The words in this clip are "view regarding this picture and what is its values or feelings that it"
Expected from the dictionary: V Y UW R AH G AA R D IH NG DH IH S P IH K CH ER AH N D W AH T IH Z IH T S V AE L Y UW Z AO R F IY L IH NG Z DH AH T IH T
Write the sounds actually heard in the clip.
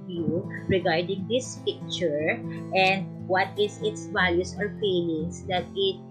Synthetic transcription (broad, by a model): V Y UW R AH G AA R D IH NG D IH S P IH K CH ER AH N D W AH T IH S IH T S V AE L Y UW S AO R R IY N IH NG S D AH T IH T